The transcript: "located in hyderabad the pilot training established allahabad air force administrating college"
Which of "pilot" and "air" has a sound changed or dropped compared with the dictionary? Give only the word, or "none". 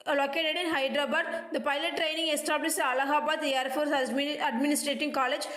none